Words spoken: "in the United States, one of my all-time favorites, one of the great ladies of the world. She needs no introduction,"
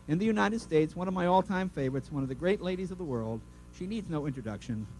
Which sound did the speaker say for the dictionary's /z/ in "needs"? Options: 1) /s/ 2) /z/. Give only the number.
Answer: 2